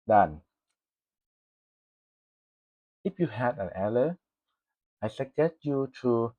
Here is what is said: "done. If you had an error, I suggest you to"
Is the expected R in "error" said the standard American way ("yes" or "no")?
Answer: no